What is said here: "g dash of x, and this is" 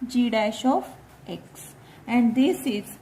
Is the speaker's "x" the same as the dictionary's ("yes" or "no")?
yes